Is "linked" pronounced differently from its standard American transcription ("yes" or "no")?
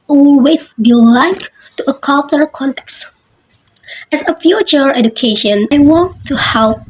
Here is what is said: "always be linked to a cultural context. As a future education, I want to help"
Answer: yes